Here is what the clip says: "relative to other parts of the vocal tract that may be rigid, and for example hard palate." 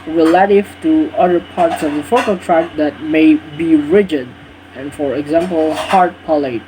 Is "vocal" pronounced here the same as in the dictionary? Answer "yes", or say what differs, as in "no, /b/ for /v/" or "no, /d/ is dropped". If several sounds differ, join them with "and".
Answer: no, /f/ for /v/